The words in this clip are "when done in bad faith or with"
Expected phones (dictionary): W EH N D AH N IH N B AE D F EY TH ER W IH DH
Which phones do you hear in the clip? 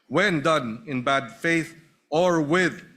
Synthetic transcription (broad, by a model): W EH N D AH N IH N B AE D F EY TH ER W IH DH